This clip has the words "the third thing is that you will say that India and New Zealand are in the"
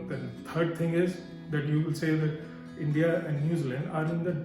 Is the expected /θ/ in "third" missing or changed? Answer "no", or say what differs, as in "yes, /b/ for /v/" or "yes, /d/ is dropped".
yes, /t/ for /θ/